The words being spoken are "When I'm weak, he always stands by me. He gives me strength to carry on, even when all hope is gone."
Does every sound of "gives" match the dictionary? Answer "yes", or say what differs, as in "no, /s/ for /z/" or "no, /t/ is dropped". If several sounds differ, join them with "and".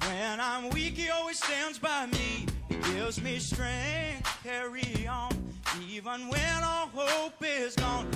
yes